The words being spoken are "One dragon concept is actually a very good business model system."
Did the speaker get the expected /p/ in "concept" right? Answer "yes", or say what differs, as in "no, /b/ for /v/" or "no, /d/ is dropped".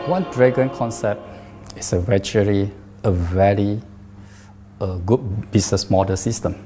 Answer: yes